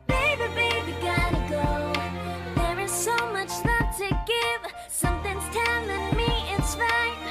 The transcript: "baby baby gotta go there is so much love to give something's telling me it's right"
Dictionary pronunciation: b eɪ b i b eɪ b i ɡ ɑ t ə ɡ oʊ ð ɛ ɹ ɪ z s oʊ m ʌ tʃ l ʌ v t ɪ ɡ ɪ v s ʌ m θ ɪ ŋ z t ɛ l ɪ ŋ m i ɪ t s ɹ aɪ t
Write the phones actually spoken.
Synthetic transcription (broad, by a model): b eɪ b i b eɪ b i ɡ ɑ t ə ɡ oʊ ð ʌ ɹ ɪ z s oʊ m ʌ tʃ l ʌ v t ɪ ɡ ɪ v s ʌ m θ ɪ ŋ z t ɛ n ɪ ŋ m i ɪ t s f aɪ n